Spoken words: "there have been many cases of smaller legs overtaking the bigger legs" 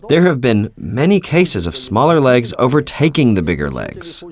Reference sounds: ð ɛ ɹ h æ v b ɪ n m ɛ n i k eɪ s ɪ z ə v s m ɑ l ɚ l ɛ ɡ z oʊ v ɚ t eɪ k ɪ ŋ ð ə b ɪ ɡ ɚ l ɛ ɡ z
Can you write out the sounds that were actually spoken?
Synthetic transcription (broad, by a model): ð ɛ ɹ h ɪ v b ɪ n m ɛ n i k eɪ s ɪ z ə v s m ɑ l ɚ l ɛ ɡ z oʊ v ɚ t eɪ k ɪ ŋ ð ə b ɪ ɡ ɚ l ɛ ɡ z